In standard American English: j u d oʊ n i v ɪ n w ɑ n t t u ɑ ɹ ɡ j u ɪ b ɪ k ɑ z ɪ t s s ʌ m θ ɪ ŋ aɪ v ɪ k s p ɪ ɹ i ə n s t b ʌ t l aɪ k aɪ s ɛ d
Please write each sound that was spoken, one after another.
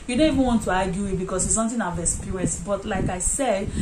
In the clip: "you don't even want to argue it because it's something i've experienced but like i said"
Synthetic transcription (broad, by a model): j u d oʊ n i v ɪ n w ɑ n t t u ɑ ɡ j u ɪ b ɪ k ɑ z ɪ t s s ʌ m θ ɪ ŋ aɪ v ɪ s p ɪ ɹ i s b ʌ t l aɪ k aɪ s ɛ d